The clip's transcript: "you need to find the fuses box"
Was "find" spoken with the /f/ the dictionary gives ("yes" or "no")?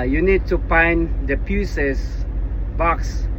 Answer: no